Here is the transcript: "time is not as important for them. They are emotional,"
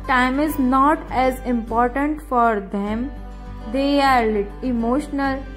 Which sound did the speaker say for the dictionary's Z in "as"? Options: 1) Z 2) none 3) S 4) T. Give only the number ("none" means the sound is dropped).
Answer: 1